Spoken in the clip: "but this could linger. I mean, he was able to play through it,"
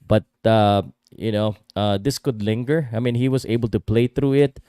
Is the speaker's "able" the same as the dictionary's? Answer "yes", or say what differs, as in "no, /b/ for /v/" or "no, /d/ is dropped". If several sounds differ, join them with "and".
yes